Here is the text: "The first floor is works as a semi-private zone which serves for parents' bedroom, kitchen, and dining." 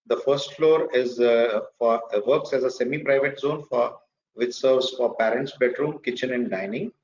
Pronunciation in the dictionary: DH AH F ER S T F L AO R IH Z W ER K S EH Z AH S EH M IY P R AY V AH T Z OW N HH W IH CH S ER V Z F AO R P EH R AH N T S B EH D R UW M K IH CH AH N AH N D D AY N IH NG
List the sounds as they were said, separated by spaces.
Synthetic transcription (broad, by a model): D AH F ER S T F L AO R IH Z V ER K S EH Z AH S EH M IY P R AY V AH T Z OW N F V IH CH S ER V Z F AO R P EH R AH N T S B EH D R UW M K IH CH AH N AH N D D AY N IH NG